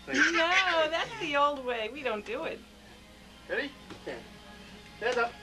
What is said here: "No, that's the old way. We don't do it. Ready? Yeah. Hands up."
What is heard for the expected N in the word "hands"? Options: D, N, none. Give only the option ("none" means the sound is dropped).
none